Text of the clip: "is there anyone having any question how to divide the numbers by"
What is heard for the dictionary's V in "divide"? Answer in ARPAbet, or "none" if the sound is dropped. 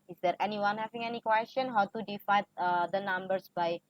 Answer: F